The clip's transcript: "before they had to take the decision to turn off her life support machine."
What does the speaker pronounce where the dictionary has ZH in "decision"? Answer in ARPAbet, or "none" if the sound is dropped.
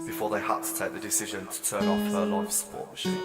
ZH